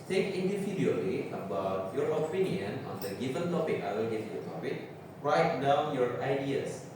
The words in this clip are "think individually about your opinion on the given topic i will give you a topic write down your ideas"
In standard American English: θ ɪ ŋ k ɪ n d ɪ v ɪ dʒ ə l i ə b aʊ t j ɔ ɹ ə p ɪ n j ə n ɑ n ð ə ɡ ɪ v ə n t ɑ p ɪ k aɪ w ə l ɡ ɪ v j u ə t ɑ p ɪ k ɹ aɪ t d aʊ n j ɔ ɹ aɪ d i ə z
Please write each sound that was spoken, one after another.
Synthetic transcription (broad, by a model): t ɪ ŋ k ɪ n d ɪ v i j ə l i ə b aʊ t j ɔ ɹ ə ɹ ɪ n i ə n ɑ n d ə ɡ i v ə n t ɑ p ɪ k aɪ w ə n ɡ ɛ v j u ə t ɑ p ɪ k ɹ aɪ t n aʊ j ɔ ɹ aɪ d i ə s